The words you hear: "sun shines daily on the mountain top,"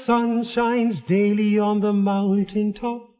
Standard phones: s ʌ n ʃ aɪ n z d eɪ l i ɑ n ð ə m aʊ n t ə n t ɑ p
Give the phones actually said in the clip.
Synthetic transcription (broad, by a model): s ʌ n ʃ aɪ n z d eɪ l i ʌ n ð ə m aʊ n t ə n t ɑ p